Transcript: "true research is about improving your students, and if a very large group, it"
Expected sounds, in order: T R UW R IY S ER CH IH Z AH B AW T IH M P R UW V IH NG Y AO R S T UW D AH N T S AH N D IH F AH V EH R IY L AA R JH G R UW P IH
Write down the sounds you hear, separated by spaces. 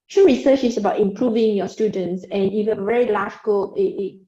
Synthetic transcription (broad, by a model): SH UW R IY S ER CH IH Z AH B AW T IH M P R UW V IH NG Y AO S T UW D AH N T S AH N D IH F AH V EH R IY L AA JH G AO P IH